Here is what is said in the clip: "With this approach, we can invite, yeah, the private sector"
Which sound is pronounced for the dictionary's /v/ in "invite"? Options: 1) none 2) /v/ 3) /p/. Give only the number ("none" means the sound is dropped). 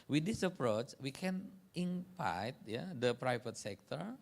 3